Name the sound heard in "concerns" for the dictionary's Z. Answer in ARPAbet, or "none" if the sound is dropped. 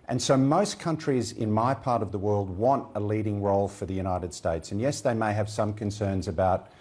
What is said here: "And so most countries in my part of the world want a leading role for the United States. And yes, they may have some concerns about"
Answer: Z